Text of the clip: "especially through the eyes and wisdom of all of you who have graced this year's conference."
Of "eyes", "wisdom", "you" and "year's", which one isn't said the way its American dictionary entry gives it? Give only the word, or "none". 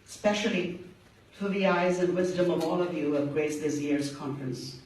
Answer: none